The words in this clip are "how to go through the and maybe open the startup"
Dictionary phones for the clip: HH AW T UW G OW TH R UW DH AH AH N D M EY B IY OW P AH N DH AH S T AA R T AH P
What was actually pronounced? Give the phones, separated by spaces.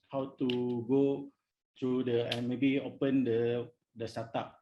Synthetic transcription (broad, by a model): HH AW T UW G OW T R UW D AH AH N M EY B IY OW P AH N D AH S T AA T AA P